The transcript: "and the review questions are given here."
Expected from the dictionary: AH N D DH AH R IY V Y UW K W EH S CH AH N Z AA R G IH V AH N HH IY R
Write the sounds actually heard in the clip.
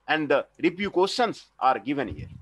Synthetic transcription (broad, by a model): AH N D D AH R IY P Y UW K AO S AH N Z AA R G IH V AH N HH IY R